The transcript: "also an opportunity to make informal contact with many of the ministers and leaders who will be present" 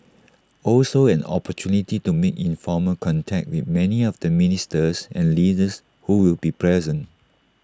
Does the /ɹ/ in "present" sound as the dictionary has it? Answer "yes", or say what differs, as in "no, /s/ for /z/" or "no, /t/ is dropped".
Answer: yes